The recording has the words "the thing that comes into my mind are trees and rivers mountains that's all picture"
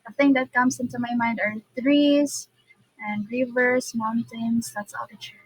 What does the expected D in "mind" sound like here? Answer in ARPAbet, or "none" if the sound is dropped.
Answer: D